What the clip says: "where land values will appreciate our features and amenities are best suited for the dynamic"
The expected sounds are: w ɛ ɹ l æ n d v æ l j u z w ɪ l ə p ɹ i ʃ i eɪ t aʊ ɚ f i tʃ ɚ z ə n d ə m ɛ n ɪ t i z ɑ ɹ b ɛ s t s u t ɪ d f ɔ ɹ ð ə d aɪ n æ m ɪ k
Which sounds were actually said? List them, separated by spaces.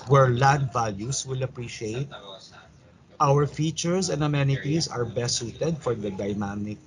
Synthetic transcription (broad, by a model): w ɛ ɹ l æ d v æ l j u s w ɪ l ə p ɹ i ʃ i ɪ t aʊ ɚ f i tʃ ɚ s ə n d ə m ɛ n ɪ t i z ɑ ɹ b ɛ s s u t ɪ d f ɔ ɹ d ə d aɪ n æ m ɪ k